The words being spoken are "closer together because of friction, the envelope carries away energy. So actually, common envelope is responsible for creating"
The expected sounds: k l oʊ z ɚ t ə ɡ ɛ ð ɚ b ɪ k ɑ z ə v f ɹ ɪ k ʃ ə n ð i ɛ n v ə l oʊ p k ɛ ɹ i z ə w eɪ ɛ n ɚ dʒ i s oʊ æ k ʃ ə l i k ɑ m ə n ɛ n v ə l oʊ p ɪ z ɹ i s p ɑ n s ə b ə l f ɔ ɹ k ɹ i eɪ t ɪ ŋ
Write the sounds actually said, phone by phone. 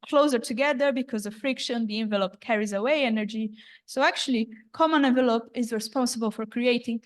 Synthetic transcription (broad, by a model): k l oʊ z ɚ t ə ɡ ɛ ð ɚ b ɪ k ɑ z ə v f ɹ ɪ k ʃ ə n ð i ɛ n v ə l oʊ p k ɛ ɹ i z ə w eɪ ɛ n ɚ dʒ i s oʊ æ k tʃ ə l i k ɑ m ə n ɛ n v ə l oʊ p ɪ z ɹ i s p ɑ n s ə b ə l f ɔ ɹ k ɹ i eɪ t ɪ ŋ